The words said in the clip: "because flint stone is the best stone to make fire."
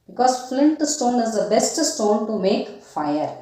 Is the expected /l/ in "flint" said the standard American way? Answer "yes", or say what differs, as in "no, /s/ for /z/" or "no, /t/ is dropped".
yes